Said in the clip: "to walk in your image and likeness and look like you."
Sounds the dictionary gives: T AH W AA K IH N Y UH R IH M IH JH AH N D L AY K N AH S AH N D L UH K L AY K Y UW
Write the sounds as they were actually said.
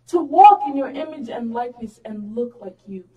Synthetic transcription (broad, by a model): T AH W AA K IH N Y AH R IH M IH JH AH N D L AY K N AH S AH N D L UH K L AY K Y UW